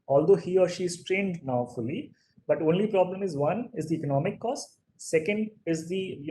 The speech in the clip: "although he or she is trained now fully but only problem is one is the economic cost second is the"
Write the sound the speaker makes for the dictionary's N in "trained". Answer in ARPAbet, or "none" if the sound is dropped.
N